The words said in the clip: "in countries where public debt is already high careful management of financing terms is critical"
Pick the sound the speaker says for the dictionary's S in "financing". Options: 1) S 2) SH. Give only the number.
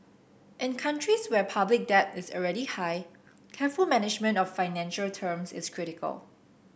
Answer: 2